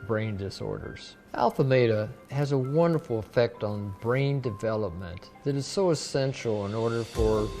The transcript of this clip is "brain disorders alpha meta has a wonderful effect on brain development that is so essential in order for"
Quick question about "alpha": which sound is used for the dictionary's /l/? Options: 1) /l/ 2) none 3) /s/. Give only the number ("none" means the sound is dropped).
1